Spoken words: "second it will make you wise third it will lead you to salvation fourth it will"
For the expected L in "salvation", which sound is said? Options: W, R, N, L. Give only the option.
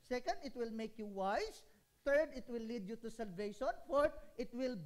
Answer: L